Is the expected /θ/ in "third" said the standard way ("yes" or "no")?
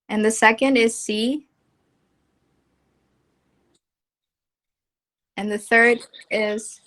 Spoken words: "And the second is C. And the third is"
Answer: yes